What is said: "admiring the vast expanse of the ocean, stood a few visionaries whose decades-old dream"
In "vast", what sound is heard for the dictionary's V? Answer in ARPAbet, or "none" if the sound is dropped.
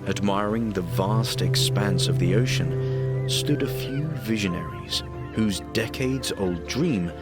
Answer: V